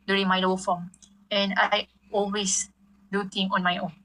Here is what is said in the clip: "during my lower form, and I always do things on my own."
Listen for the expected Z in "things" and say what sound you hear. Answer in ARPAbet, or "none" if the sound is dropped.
none